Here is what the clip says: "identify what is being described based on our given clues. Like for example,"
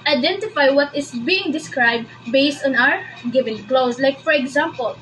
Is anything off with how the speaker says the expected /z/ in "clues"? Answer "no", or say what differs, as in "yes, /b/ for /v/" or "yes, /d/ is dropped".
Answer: yes, /s/ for /z/